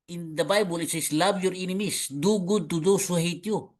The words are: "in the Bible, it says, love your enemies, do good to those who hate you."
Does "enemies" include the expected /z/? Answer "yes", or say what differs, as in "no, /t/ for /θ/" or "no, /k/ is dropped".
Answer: no, /s/ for /z/